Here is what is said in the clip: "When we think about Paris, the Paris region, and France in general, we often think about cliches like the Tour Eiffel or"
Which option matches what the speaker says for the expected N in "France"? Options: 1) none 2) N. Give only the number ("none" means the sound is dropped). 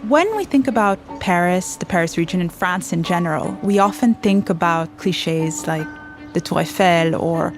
2